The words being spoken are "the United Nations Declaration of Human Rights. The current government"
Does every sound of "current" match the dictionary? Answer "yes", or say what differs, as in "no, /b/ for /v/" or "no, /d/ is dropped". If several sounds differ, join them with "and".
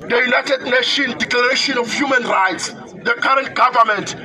yes